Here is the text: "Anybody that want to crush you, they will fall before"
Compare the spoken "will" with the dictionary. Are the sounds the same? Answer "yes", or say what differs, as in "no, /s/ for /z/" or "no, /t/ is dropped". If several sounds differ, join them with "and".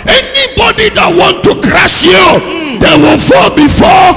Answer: no, /n/ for /l/